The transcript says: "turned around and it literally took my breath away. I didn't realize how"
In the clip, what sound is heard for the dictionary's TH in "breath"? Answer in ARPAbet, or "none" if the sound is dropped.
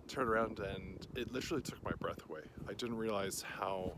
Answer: TH